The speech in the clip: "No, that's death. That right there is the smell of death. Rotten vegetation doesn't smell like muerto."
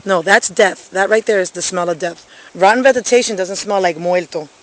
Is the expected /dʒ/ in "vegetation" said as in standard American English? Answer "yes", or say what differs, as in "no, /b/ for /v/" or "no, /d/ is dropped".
no, /z/ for /dʒ/